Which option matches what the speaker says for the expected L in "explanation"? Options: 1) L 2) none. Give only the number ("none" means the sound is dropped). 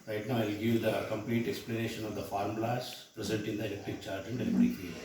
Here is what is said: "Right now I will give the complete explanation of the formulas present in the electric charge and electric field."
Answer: 1